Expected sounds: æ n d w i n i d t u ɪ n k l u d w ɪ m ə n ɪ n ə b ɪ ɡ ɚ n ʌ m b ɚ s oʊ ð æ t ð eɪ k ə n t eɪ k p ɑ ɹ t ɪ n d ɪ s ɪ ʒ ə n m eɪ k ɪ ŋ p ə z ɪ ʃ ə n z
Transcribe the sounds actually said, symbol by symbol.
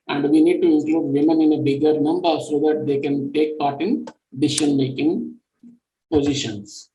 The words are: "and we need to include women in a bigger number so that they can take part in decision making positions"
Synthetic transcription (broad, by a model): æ n d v i n i d t u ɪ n k l u d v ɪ m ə n ɪ n ə b ɪ ɡ ɚ n ʌ m b ɚ s oʊ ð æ t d eɪ k ə n t eɪ k p ɑ ɹ t ɪ n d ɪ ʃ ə n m eɪ k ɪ ŋ p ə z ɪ ʃ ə n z